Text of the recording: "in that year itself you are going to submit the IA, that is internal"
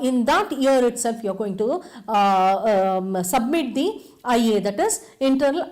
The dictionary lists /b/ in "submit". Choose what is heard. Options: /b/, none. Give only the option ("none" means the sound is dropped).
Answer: /b/